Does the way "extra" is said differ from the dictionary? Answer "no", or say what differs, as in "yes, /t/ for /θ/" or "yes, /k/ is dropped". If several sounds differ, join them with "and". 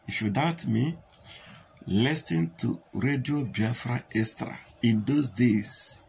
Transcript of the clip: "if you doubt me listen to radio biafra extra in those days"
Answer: yes, /k/ is dropped